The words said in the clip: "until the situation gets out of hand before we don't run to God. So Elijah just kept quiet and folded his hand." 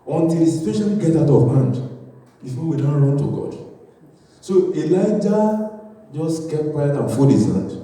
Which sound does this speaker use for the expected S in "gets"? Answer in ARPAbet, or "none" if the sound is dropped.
none